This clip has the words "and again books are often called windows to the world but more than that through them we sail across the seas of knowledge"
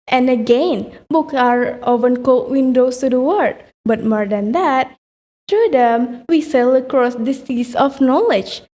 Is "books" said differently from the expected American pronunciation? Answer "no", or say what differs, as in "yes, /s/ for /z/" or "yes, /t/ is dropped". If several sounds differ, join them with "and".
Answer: yes, /s/ is dropped